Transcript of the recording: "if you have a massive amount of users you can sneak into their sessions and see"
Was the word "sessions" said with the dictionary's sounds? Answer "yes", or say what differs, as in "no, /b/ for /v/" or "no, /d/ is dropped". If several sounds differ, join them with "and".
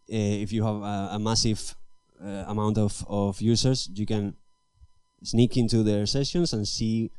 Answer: no, /s/ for /z/